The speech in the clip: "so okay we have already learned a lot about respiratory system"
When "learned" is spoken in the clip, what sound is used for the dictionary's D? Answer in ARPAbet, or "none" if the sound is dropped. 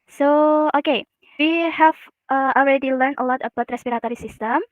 none